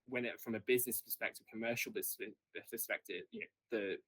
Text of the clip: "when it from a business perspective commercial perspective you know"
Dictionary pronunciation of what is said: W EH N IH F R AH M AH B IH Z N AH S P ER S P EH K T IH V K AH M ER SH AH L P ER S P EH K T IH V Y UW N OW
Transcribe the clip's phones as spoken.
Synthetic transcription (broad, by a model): W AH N IH F R AH M AH B IH Z N AH S P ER S P EH K T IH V K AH M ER SH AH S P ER S P EH K T IH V Y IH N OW